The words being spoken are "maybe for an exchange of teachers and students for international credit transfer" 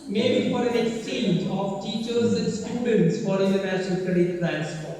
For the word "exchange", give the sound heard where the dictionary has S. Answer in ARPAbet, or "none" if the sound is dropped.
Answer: S